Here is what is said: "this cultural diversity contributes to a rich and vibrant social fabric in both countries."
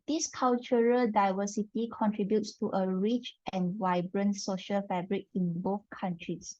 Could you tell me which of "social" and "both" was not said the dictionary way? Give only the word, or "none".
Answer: none